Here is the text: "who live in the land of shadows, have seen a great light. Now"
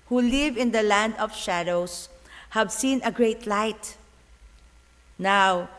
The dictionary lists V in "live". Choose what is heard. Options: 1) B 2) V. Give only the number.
2